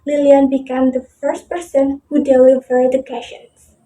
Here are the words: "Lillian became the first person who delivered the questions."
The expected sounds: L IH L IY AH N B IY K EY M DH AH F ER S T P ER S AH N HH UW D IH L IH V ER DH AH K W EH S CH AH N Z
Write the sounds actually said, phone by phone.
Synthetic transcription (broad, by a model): L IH L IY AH N B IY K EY M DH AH F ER S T P ER S AH N HH UW D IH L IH V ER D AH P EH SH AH N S